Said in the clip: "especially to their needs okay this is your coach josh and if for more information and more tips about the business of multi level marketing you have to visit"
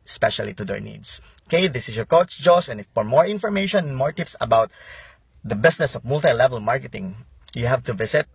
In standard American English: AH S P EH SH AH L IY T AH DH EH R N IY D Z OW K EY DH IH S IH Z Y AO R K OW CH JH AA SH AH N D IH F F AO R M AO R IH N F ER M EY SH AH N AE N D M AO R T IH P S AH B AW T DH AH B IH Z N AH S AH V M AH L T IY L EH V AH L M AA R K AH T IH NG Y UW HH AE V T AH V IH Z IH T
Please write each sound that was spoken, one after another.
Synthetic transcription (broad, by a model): S P EH SH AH L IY T AH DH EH R N IY D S K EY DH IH S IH S Y AO R K OW CH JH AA S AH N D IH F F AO R M AO R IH N F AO M EY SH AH N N M AO R T IH P S AH B AW T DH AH B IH S N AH S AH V M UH L T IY L EH V AH L M AA R K AH T IH NG Y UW HH AE V T AH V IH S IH T